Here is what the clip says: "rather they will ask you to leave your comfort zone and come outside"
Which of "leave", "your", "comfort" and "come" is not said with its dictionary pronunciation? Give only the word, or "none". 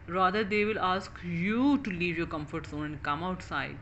none